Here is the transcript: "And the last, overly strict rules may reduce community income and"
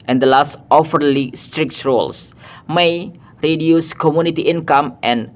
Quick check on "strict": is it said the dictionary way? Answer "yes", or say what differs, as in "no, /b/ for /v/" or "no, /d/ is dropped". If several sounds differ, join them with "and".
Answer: yes